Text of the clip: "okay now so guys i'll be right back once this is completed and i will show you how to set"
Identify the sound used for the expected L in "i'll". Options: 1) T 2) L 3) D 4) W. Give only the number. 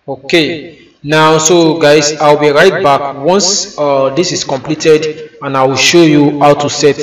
4